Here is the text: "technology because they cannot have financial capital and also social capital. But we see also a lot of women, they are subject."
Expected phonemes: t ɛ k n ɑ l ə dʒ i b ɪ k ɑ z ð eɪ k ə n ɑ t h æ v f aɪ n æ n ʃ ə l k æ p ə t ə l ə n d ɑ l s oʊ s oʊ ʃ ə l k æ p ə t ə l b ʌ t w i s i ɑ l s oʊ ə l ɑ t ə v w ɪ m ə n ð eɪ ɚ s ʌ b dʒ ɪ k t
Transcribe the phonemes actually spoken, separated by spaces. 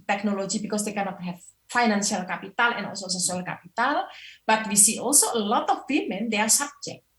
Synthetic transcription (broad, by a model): t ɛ k n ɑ l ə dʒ i b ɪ k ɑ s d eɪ k ə n ɑ t h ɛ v f aɪ n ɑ n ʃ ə l k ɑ p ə t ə l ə n ɑ l s oʊ s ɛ s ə l k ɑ p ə t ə l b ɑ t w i s i ɑ l s oʊ ə l ɑ t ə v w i m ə n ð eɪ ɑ s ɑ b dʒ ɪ k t